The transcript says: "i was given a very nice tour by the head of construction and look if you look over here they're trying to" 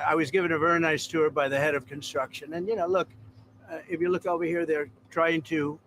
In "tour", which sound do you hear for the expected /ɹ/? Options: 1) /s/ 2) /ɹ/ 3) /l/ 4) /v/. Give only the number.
2